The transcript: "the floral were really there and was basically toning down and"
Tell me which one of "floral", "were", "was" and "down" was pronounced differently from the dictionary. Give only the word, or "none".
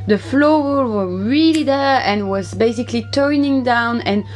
floral